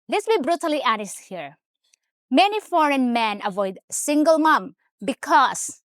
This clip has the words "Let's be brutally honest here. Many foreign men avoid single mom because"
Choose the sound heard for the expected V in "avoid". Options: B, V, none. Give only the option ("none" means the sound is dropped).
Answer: V